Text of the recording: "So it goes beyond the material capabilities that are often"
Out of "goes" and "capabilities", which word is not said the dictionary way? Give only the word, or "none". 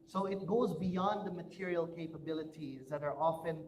none